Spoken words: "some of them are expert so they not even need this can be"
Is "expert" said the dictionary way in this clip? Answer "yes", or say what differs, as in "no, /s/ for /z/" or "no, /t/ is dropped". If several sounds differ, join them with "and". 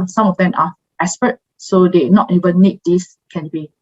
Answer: no, /k/ is dropped